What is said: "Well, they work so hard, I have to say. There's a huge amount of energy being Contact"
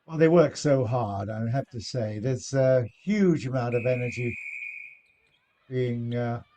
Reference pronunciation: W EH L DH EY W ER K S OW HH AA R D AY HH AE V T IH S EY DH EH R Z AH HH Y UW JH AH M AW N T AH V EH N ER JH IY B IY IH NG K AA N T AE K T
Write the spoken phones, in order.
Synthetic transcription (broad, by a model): W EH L DH EY W ER K S OW HH AA R D AY HH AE F T IH S EY DH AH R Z AH HH Y UW JH AH M AW N T AH V EH N ER JH IY B IY IH NG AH